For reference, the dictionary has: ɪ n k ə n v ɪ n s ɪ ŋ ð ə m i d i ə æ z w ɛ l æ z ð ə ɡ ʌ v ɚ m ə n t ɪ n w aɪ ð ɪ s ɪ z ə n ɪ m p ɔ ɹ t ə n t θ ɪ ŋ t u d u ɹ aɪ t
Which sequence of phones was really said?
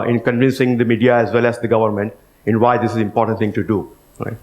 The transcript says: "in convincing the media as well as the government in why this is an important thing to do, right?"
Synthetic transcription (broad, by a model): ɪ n k ə n v ɪ n s ɪ ŋ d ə m i d i ə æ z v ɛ l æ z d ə ɡ ʌ v ɚ m ə n t ɪ n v aɪ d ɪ s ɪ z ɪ m p ɔ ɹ t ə n t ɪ ŋ t u d u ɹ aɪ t